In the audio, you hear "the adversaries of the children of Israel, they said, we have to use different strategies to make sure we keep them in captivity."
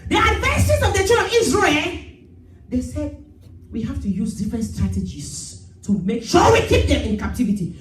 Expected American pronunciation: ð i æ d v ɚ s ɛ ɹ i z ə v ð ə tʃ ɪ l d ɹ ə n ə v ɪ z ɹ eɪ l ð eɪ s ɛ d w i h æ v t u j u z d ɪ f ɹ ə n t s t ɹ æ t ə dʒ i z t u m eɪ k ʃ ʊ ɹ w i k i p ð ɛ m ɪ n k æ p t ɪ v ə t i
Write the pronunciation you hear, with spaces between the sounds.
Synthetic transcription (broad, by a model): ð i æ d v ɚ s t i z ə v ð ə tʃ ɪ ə ə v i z ɹ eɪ l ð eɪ s ɛ d w i h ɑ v t u j u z d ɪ f ɹ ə n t s t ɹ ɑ t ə dʒ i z t u m eɪ k ʃ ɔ w i k i p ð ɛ m ɪ n k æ p t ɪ v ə t i